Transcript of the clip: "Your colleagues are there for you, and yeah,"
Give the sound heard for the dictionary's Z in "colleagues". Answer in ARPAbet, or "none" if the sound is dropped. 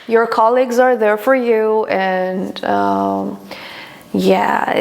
Z